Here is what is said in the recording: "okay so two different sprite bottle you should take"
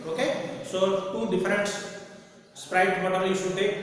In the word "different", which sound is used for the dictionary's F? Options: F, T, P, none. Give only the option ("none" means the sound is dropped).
P